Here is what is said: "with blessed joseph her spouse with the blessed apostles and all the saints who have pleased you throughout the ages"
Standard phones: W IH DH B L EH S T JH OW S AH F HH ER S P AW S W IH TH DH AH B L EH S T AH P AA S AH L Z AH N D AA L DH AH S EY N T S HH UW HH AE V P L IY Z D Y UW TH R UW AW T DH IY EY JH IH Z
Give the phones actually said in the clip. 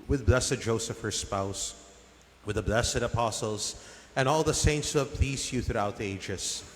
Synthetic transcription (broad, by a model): W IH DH B L EH S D JH OW S AH F HH ER S P AW S W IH DH AH B L EH S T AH P AA S L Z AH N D AA L DH AH S EY N T S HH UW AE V P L IY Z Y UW TH R UW AW T DH IY EY JH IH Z